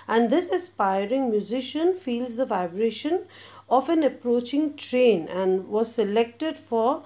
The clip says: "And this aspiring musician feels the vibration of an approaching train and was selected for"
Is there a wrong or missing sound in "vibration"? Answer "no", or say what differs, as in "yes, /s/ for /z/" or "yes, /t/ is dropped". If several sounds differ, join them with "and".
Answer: no